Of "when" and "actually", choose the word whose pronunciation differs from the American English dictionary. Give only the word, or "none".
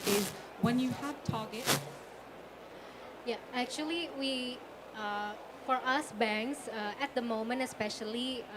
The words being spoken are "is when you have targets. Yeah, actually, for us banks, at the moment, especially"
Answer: actually